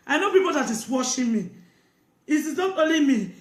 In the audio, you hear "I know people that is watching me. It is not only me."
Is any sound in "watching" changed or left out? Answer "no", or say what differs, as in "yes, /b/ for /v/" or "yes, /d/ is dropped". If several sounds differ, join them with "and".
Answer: yes, /ʃ/ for /tʃ/